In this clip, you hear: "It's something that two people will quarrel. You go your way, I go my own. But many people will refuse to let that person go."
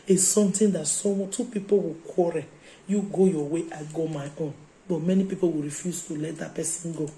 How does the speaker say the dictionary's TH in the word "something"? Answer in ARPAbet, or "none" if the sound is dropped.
T